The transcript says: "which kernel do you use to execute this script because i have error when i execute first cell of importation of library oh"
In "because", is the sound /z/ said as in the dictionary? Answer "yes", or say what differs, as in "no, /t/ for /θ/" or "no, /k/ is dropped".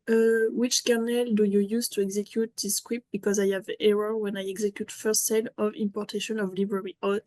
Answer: yes